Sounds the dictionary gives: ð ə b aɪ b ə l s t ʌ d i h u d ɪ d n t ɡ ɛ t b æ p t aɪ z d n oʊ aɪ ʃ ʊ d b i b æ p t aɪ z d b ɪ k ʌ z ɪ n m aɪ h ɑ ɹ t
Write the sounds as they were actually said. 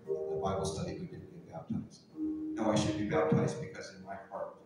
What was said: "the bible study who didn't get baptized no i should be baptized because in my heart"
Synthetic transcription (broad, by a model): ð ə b aɪ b l s t ʌ d i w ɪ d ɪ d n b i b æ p t aɪ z n oʊ aɪ ʃ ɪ d b i b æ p t aɪ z b ɪ k ʌ z ɪ n m aɪ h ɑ ɹ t